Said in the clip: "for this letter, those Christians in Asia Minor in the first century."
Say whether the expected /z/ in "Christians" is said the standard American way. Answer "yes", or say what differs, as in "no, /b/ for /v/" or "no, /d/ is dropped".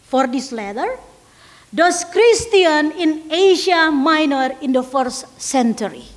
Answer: no, /z/ is dropped